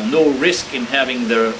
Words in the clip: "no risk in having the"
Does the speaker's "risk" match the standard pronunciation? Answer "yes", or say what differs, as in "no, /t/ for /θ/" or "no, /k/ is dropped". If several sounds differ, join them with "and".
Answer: yes